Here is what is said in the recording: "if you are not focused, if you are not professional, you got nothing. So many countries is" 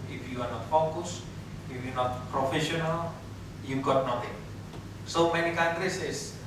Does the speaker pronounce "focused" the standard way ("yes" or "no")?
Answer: no